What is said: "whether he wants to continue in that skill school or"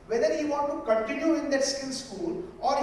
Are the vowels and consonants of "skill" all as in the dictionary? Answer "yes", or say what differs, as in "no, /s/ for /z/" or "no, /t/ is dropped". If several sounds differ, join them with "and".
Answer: no, /n/ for /l/